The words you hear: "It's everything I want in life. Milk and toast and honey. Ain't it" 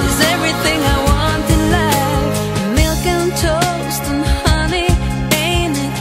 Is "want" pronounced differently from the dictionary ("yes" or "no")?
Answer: no